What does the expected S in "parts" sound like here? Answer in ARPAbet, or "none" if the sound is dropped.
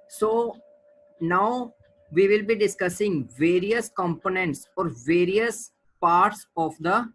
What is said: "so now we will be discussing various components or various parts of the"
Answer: S